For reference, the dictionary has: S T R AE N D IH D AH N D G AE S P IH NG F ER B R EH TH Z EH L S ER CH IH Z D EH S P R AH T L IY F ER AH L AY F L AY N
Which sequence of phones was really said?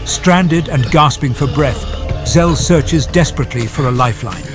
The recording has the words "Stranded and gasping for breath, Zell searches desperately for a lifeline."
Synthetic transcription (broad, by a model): S T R AE N D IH D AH N G AE S P IH NG F ER B R EH TH Z EH L S ER CH IH Z D EH S P R AH T L IY F ER AH L AY F L AY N